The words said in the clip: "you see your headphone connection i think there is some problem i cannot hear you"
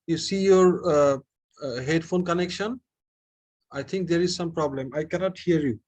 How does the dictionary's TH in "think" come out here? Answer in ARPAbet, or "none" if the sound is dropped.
T